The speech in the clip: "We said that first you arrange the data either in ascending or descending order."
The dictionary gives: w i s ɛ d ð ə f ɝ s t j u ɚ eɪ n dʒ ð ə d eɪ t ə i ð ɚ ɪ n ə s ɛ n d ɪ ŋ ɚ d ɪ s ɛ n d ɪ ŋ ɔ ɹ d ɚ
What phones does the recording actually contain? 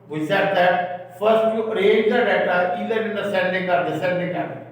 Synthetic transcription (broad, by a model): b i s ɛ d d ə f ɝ s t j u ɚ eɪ dʒ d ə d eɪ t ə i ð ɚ ɪ n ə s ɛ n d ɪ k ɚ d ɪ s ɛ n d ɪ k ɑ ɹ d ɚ